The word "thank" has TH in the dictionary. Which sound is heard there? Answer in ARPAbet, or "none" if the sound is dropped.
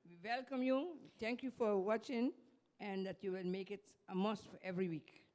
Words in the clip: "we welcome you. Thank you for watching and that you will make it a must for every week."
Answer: T